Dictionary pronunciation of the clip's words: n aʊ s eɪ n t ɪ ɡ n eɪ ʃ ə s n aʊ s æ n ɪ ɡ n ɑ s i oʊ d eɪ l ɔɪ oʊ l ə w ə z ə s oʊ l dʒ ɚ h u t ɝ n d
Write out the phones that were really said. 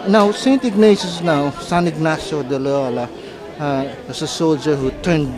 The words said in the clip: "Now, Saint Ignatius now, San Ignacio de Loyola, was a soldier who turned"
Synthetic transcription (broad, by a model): n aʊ s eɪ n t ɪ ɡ n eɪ s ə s n aʊ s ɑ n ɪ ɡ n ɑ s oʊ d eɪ l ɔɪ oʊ l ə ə s ə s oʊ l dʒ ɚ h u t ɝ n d